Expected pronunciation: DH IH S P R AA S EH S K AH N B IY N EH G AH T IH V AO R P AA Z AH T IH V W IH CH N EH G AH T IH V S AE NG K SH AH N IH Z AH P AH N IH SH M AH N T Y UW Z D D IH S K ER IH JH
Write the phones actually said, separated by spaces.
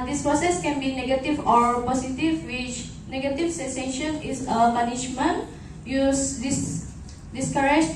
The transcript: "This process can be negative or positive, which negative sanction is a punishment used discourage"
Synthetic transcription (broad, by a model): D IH S P R AA S EH S K AH N B IY N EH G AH T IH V AO R P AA S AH T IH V W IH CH N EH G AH T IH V S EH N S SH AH N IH S AH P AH N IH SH M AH N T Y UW S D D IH S K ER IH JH